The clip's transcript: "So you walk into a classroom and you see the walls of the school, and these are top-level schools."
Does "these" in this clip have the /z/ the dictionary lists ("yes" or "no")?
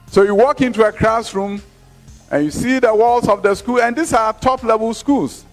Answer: no